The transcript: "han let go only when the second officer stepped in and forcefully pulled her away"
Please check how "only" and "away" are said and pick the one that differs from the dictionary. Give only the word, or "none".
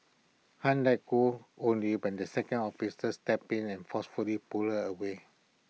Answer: none